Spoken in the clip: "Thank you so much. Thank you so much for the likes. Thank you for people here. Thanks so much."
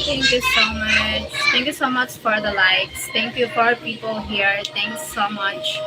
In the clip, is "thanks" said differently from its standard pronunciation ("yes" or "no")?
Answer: yes